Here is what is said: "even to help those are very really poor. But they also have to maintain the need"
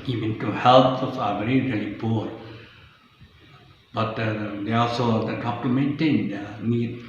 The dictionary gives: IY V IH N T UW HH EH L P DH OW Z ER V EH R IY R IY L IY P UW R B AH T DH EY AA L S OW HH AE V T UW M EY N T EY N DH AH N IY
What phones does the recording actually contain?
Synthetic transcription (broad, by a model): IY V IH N T UW HH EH L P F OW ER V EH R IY R IY L IY P UW R B AH T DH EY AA L S OW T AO P T UW M EY N T EY N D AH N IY